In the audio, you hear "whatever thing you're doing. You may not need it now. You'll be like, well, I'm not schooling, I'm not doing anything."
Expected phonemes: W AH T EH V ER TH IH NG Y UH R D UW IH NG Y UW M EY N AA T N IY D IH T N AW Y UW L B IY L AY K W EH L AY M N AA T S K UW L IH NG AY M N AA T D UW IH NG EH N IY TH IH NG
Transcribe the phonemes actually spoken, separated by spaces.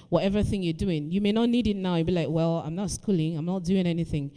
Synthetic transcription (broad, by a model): W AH T EH V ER TH IH NG Y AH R D UW IH NG Y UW M EY N AA T N IY D IH T N AW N B IY L AY K W EH L AY M N AA T S K UW L IH NG AY M N AA T D UW IH NG EH N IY TH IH NG